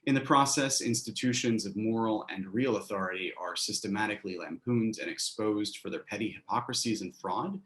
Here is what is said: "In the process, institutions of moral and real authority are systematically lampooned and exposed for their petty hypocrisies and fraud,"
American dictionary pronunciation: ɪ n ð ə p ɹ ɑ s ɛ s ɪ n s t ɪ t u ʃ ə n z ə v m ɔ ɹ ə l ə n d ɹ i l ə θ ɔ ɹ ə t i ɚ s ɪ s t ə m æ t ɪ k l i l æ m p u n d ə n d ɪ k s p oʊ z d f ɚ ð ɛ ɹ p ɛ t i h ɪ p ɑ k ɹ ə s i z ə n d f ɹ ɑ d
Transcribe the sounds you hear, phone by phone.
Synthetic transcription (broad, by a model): ɪ n ð ə p ɹ ɑ s ɛ s ɪ n s t ɪ t u ʃ ə n z ə v m ɔ ɹ l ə n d ɹ i l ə θ ɔ ɹ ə t i ɚ s ɪ s t ə m æ t ɪ k l i l æ m p u n d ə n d ɪ k s p oʊ z d f ɚ ð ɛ ɹ p ɛ t i h ɪ p ɑ k ɹ ə s i z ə n f ɹ ɑ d